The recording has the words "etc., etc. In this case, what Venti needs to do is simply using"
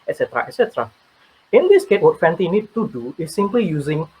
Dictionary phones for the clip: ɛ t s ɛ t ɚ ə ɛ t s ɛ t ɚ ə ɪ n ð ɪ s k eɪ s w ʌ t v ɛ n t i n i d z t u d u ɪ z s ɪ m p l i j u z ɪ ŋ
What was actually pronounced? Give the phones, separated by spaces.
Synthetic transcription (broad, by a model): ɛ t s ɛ t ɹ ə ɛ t s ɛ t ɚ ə ɪ n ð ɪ s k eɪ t w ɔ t f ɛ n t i n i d t u d u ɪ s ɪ m p l i j u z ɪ ŋ